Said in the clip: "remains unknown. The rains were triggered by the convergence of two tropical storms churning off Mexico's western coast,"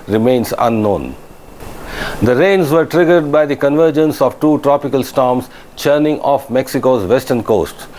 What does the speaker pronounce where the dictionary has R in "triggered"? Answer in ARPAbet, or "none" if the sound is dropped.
R